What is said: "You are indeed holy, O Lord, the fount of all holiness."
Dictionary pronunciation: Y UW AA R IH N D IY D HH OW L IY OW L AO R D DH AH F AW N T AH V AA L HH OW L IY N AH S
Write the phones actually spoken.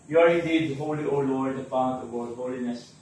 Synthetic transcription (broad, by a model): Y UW AA R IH N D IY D HH OW L IY OW L AO R D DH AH P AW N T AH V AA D HH OW L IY N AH S